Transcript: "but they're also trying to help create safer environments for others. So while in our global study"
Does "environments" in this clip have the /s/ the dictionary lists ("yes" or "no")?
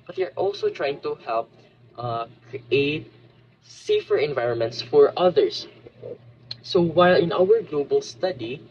yes